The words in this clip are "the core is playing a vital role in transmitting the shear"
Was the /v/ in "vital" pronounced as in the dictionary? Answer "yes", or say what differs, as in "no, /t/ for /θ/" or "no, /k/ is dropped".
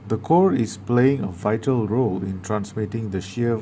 yes